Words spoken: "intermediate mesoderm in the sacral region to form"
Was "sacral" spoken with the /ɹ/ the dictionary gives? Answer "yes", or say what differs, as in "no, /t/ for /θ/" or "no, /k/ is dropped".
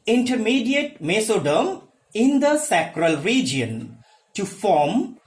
yes